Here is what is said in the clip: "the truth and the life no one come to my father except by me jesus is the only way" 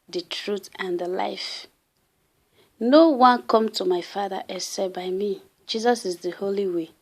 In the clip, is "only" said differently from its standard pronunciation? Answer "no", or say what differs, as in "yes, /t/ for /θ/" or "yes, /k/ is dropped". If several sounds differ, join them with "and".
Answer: yes, /n/ is dropped